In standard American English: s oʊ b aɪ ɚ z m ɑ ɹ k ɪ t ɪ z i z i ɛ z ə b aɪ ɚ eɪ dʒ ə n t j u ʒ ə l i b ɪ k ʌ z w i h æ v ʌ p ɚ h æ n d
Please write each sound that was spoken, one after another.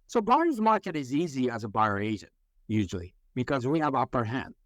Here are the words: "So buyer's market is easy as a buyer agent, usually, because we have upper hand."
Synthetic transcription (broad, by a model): s oʊ b aɪ ɚ z m ɑ ɹ k ɪ t ɪ z i z i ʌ z ə b aɪ ɚ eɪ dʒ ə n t j u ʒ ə l i b ɪ k ʌ z w i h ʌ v ʌ p ɚ h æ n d